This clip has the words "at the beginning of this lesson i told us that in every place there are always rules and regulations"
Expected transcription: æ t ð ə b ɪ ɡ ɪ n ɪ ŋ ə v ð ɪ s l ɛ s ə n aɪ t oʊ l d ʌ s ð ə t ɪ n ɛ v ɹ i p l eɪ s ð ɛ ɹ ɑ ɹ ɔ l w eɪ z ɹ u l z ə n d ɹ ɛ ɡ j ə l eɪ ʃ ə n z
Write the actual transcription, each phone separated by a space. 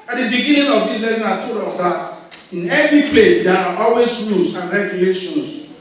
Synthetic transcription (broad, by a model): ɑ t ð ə b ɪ ɡ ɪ n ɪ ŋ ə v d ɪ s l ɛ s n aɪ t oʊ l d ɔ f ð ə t ɪ n ɛ v ɹ i p l eɪ s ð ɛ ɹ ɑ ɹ ɔ l w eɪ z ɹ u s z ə n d ɹ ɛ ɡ j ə l eɪ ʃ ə n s